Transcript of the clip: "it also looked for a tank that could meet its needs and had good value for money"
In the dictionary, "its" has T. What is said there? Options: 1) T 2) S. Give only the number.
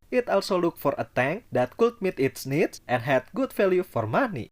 1